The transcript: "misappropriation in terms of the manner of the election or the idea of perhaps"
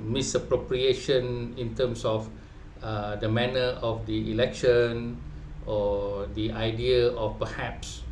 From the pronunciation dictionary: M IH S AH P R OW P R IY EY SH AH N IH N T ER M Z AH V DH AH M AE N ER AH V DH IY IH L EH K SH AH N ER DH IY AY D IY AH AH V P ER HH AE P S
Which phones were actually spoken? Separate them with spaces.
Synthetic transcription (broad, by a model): M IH S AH P R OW P R IY EY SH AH N IH N T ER M S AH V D AH M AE N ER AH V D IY IH L EH K SH AH N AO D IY AY D IY AH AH F P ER HH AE P S